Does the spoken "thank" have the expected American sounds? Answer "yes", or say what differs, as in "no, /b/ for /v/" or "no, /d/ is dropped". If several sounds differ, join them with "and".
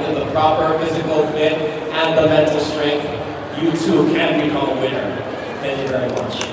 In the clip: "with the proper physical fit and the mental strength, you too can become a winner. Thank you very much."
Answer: yes